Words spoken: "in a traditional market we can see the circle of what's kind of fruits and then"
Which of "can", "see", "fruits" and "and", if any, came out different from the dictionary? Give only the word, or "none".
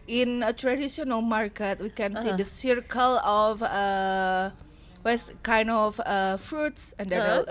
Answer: none